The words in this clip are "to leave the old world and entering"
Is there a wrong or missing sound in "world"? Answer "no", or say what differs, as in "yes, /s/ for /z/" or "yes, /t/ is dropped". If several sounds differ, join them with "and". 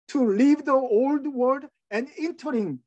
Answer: yes, /l/ is dropped